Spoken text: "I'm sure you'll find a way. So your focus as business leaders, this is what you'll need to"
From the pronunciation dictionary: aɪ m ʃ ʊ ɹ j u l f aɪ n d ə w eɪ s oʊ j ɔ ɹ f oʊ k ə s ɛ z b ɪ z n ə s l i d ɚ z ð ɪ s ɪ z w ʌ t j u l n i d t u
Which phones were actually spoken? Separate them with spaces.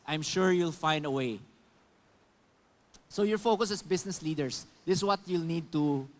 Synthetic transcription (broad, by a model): aɪ m ʃ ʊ ɹ j u l f aɪ n d ə w eɪ s oʊ j ɔ ɹ f oʊ k ə s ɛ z b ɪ s n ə s l i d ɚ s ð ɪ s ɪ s w ʌ t j u l n i d t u